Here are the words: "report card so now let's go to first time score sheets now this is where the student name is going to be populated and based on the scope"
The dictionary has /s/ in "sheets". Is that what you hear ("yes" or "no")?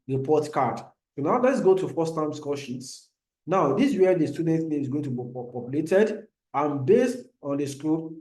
yes